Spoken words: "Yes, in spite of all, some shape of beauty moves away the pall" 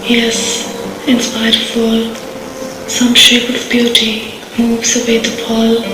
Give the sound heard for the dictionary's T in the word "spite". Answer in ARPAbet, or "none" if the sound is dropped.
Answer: none